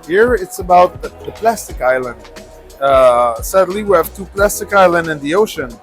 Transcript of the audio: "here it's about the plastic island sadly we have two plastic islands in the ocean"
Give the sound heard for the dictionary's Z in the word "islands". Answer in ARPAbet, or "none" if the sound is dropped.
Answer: none